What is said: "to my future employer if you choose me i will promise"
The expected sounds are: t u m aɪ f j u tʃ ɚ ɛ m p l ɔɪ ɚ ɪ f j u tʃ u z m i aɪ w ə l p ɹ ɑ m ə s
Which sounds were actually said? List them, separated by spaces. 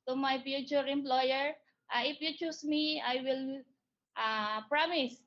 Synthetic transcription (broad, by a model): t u m aɪ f j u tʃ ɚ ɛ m p l ɔɪ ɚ ɪ f j u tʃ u s m i aɪ w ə l p ɹ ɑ m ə s